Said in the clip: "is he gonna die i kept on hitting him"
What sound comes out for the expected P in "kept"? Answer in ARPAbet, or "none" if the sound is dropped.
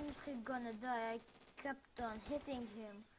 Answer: P